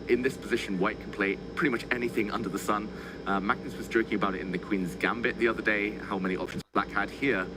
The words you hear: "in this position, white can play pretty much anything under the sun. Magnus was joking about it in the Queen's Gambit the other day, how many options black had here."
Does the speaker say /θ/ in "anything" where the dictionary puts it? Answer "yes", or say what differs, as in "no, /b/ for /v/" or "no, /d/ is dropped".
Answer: yes